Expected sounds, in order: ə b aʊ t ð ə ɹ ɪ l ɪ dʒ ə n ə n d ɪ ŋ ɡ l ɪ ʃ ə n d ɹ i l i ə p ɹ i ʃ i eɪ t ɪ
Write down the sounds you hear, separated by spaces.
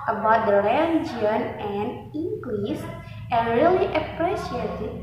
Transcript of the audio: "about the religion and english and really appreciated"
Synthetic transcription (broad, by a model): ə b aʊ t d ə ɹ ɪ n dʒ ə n ə n d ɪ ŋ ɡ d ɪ s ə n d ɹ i l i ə p ɹ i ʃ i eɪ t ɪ